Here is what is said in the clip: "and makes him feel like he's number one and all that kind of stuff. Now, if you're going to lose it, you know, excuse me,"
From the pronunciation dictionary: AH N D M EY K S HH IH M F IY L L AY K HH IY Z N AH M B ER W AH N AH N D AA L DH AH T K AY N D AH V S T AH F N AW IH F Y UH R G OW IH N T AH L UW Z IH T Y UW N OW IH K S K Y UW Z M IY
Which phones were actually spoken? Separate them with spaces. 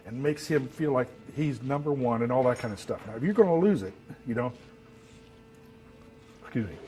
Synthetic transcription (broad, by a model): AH N M EY K S HH IH M F IY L L AY K HH IY Z N AH M B ER W AH N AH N AA L DH AH T K AY N D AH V S T AH F N AW IH F Y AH R G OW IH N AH L UW Z IH T Y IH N OW IH K S K Y UW Z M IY